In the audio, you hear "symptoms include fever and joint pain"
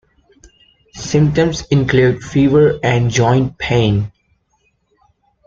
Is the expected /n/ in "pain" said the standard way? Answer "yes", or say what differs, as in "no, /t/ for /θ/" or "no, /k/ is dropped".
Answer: yes